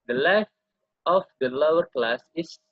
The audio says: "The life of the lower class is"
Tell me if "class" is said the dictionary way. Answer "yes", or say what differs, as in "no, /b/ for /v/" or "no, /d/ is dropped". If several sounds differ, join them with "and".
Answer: yes